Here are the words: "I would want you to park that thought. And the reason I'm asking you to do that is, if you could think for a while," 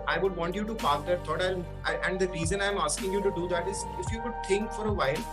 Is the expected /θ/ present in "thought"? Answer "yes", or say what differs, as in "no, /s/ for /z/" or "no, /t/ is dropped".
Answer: no, /t/ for /θ/